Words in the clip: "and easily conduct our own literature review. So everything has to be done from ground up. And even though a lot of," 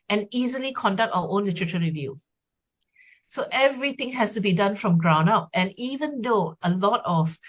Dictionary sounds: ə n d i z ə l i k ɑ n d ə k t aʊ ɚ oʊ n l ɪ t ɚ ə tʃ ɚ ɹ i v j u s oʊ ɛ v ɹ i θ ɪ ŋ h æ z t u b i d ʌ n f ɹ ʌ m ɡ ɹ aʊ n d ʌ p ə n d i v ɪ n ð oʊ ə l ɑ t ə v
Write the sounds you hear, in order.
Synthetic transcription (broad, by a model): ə n i z ə l i k ɑ n d ə k t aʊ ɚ oʊ n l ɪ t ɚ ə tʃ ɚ ɹ i v j u s oʊ ɛ v ɹ i t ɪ ŋ h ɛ s t u b i d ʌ n f ɹ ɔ m ɡ ɹ aʊ n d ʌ p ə n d i v ɪ n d oʊ ə l ɑ t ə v